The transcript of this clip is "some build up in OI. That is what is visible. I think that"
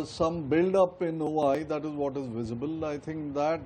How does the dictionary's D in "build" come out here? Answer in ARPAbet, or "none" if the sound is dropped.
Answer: D